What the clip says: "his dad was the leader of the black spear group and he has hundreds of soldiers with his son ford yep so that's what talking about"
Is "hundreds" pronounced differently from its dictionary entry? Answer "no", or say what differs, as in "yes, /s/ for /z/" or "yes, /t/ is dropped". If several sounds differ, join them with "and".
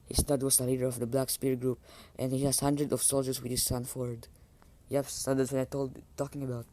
yes, /z/ is dropped